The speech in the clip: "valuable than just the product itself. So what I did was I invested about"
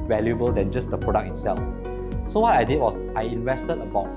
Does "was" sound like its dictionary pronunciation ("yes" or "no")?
no